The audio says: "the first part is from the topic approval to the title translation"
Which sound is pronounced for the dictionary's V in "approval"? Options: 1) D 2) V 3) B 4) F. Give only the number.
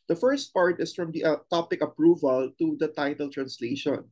2